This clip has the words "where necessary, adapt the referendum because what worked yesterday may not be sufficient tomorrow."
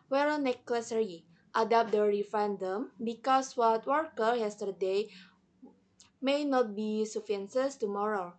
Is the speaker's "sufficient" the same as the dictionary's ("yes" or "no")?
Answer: no